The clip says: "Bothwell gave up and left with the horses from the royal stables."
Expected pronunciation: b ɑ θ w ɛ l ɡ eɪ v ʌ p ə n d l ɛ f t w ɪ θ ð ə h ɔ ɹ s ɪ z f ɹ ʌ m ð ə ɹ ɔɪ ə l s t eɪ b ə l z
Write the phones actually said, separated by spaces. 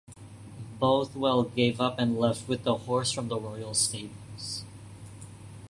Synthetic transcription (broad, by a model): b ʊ θ w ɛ l ɡ eɪ v ʌ p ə n l ɛ f t w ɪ ð ə h ɔ ɹ s f ɹ ʌ m ð ə ɹ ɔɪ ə l s t eɪ ə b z